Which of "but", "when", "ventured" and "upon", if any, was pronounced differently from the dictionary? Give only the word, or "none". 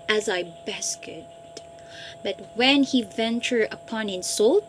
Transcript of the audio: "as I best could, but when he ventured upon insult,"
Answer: ventured